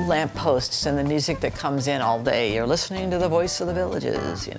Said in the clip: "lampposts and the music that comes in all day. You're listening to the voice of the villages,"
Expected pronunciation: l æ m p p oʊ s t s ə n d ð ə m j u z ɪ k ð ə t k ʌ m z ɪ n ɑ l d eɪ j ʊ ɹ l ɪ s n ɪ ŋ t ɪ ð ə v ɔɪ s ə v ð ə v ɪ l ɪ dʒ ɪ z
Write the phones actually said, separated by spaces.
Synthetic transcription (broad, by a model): l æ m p p oʊ s t s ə n ð ə m j u z ɪ k ð ə t k ʌ m z ɪ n ɑ l d eɪ j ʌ ɹ l ɪ s n ɪ ŋ t ɪ ð ə v ɔɪ s ə v ð ə v ɪ l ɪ dʒ ɪ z